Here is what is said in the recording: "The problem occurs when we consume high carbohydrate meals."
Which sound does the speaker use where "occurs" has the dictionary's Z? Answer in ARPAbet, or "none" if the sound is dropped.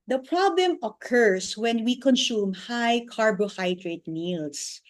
S